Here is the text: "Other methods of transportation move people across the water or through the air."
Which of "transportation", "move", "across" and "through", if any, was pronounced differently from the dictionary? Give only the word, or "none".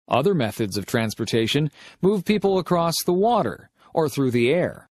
none